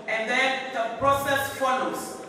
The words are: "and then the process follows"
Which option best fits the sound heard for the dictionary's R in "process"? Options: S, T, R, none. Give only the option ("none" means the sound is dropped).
R